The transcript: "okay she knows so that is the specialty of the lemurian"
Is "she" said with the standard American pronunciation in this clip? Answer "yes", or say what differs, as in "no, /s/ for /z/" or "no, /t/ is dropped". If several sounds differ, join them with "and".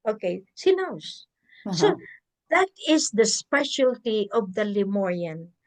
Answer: no, /s/ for /ʃ/